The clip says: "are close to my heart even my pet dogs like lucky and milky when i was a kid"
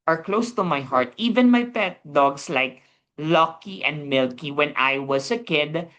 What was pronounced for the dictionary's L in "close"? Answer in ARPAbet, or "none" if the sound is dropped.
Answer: L